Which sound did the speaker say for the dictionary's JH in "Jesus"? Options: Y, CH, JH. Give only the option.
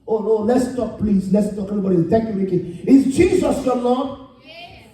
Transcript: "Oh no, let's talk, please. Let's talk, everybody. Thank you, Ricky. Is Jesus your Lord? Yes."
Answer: CH